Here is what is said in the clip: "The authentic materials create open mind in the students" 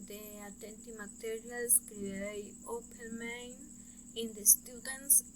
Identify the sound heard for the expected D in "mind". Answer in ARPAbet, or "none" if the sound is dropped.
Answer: none